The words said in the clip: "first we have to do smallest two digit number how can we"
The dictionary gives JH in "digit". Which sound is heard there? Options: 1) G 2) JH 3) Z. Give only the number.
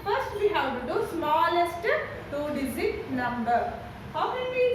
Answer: 3